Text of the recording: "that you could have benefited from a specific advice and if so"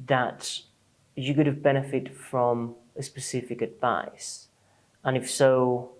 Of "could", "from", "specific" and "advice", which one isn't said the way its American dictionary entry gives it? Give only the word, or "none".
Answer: none